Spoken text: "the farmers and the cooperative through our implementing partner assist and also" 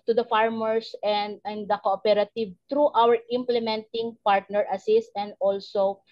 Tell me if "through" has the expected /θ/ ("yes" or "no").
no